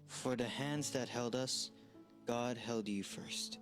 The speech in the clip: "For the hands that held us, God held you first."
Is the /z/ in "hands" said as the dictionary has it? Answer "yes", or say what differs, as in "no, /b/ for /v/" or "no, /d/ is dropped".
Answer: yes